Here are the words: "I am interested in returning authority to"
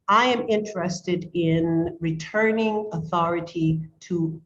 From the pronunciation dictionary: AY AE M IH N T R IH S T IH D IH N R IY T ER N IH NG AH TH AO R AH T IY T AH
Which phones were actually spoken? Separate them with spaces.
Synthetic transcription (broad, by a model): AY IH M IH N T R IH S T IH D IH N R IY T ER N IH NG AH TH AO R AH T IY T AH